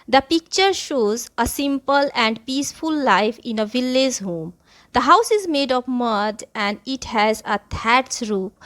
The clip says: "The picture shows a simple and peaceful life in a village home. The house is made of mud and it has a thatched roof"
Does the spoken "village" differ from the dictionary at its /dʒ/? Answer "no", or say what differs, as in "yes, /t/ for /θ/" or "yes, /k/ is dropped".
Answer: yes, /z/ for /dʒ/